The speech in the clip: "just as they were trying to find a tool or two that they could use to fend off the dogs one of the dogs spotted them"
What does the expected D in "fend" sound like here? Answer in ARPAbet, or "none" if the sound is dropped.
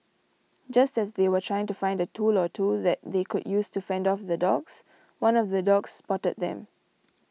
D